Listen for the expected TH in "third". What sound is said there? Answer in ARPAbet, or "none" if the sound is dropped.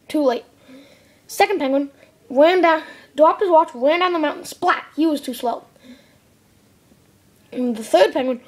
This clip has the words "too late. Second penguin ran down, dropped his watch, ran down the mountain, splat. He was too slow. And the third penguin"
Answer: TH